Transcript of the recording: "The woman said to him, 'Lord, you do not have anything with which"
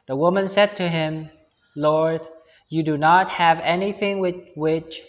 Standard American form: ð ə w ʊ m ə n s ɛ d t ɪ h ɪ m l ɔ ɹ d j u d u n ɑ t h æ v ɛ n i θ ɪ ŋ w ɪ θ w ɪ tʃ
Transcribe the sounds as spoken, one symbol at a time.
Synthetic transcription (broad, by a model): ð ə w ʊ m ə n s ɛ d t ɪ h ɪ m l ɔ ɹ d j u d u n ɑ t h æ v ɛ n i θ ɪ ŋ w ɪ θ w ɪ tʃ